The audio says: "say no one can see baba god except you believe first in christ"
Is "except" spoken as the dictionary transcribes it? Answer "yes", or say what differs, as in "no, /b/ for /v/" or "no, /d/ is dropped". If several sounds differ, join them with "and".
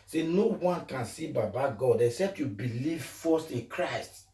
yes